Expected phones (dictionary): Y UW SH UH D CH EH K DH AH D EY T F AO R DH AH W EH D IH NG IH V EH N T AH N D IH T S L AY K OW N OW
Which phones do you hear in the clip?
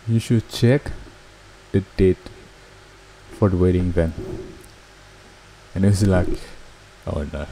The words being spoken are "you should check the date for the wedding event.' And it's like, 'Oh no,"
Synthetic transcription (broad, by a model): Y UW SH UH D CH EH K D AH D EY T F AO R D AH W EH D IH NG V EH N AH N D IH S L AY K OW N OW